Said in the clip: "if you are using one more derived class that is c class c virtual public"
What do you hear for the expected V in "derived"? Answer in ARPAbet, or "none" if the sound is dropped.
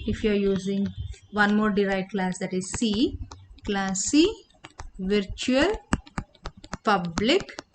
none